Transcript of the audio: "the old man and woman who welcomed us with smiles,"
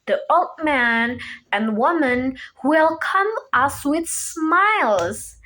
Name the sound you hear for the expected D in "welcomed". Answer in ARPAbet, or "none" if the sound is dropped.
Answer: none